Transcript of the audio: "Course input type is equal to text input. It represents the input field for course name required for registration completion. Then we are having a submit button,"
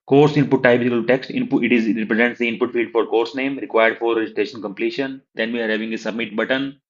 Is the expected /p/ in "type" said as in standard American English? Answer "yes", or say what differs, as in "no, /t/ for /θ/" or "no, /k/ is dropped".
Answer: no, /b/ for /p/